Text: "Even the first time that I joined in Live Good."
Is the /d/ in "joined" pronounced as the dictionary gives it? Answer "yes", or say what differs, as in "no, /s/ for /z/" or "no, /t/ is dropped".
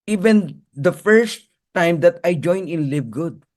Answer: no, /d/ is dropped